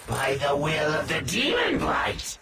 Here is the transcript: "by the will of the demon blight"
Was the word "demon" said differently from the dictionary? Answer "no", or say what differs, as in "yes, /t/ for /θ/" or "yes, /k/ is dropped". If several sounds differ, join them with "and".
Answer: yes, /m/ is dropped